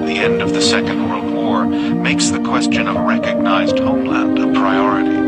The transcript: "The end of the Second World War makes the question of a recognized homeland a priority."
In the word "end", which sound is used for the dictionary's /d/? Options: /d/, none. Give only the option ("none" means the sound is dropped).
/d/